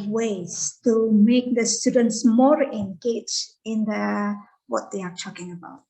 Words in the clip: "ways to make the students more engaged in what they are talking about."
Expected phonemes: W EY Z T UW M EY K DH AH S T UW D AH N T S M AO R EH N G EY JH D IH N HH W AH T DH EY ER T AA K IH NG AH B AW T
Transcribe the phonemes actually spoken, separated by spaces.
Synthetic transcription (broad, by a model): W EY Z T UW M EY K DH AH S T UW D AH N T S M AO R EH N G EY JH IH N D W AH T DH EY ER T AA K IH NG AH B AW T